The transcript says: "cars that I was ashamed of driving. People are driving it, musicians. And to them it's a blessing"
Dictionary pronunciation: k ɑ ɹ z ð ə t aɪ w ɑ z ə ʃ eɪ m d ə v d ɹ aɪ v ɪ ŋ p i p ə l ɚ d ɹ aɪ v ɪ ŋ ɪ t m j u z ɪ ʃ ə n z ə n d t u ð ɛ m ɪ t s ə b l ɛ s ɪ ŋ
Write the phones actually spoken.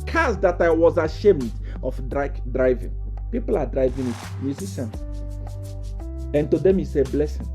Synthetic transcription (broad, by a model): k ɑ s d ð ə t aɪ w ɑ z ə ʃ eɪ m d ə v d ɹ aɪ v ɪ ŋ p i p ə l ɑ d ɹ aɪ v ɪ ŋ ɪ t m j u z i ʃ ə n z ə n t u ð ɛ m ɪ s ə b l ɛ s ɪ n